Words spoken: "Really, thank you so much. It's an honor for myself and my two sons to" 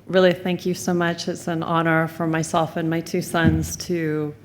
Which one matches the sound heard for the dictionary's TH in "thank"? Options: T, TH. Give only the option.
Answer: TH